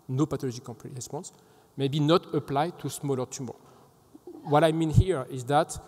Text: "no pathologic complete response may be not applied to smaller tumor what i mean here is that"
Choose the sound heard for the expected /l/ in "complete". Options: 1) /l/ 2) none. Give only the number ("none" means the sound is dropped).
2